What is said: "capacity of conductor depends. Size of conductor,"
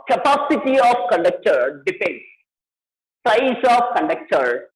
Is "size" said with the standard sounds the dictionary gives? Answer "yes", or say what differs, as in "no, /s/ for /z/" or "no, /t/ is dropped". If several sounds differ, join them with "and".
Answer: no, /s/ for /z/